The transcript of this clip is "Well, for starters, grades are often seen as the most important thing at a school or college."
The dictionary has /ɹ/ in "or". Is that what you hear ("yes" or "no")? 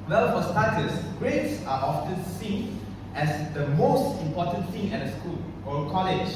no